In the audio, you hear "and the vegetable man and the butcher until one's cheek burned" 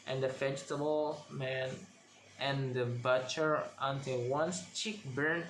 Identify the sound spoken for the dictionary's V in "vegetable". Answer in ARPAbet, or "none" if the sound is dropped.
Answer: F